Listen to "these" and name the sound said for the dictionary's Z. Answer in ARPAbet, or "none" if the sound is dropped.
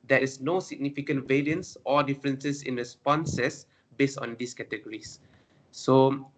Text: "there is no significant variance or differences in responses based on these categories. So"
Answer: S